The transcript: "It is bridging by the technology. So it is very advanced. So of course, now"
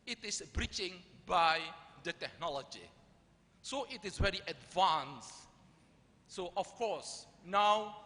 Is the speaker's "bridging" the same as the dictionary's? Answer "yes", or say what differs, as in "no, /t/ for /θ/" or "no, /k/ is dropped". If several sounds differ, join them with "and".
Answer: no, /tʃ/ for /dʒ/